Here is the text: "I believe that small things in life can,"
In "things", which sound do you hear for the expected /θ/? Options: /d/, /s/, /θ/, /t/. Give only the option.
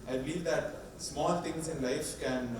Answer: /t/